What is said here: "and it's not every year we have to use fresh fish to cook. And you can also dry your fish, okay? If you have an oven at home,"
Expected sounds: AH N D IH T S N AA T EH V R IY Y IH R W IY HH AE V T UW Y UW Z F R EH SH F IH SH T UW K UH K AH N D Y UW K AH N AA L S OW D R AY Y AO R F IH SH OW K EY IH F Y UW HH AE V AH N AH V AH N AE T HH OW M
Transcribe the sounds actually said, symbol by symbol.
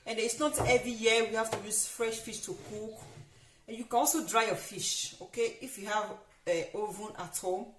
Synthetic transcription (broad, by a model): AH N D IH T S N AA T EH V R IY Y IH W IY HH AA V T UW Y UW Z F R EH SH F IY SH T UW K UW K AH N Y UW K AH N AA L S OW D R AY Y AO F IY SH OW K EY IH F Y UW HH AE V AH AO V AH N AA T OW